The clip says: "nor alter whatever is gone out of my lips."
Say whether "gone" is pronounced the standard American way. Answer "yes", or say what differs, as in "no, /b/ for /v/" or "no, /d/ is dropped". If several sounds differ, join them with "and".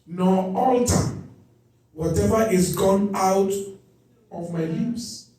yes